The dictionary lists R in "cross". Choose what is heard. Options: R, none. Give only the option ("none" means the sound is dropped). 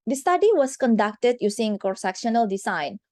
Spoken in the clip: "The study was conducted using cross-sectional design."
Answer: none